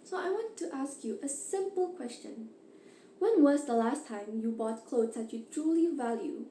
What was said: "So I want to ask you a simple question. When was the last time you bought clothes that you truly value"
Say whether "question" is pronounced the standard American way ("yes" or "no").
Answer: yes